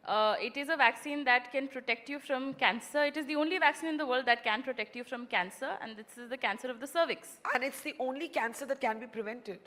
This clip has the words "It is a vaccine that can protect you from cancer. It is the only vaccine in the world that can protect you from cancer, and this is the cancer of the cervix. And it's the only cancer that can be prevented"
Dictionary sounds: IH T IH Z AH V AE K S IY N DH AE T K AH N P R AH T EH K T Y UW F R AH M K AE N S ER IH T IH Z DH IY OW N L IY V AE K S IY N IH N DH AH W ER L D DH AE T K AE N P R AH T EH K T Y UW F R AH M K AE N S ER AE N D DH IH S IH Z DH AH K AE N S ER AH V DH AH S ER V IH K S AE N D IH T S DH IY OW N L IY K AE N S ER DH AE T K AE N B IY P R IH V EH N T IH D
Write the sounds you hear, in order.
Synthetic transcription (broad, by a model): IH T IH Z AH V AE K S IY N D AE T K AH N P R AH T EH K T Y UW F R AH M K AE N S ER IH T IH Z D IY OW N L IY V AE K S IY N IH N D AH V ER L D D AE T K AE N P R AH T EH K T Y UW F R AH M K AE N S ER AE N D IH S IH Z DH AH K AE N S ER AH V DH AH S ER V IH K S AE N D IH T S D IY OW N L IY K AE N S ER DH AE T K AE N B IY P R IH V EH N T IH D